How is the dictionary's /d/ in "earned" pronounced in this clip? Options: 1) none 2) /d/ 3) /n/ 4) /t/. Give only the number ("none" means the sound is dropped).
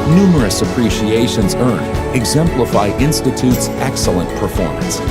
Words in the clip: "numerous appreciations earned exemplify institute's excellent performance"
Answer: 1